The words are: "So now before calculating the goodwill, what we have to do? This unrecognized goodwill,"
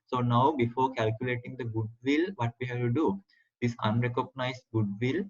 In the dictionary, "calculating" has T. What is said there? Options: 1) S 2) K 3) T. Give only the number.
3